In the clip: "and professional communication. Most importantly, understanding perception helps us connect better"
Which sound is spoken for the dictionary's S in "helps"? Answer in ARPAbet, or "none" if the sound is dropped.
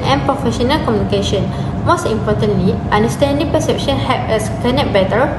none